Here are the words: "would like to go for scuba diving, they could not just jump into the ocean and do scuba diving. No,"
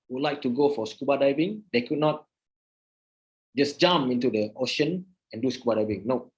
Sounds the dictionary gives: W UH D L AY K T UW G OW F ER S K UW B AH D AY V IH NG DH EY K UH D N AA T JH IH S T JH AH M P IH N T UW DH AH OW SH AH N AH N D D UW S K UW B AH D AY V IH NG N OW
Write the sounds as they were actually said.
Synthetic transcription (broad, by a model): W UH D L AY K T UW G OW F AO S K UW B AH D AY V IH NG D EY K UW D N AA T JH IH S JH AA M IH N T UW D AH OW SH AH N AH N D D UW S K UW B AH D AY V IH NG N OW